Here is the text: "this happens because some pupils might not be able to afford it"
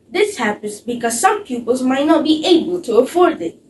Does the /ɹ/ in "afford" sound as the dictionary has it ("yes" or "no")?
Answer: yes